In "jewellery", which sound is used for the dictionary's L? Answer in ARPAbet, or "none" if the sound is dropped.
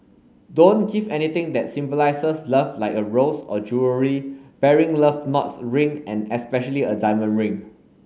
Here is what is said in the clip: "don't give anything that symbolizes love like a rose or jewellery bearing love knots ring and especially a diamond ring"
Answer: none